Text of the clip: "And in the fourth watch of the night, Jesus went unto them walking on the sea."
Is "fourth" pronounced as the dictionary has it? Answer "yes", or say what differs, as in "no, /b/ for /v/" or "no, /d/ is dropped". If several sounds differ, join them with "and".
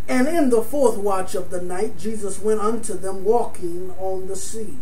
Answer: yes